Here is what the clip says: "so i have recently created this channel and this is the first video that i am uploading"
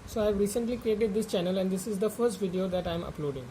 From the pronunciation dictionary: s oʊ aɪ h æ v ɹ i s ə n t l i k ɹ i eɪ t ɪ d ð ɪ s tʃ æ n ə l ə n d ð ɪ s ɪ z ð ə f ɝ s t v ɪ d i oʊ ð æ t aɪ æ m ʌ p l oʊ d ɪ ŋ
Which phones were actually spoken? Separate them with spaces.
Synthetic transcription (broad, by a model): s oʊ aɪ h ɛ v ɹ i s ə n t l i k ɹ i eɪ t ɪ d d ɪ s tʃ æ n ə l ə n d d ɪ s ɪ z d ə f ɝ s t v ɪ d i oʊ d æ t aɪ m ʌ p l oʊ d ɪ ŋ